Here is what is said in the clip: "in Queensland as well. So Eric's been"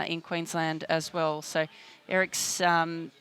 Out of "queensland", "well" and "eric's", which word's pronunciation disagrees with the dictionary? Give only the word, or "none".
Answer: none